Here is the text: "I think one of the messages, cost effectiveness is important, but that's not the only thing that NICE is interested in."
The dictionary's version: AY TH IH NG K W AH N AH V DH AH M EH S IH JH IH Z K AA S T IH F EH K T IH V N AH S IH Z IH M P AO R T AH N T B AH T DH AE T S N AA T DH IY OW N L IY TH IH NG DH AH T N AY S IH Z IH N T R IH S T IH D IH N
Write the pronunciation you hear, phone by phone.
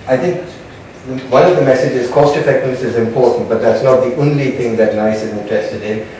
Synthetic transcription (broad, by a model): AY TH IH NG K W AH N AH V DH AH M EH S IH JH IH Z K AA S T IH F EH K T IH N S IH Z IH M P AO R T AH N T B AH T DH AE T S N AA T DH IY OW N L IY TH IH NG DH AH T N AY S IH Z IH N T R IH S T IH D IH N